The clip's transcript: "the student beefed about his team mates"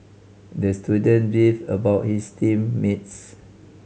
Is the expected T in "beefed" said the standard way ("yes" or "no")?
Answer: no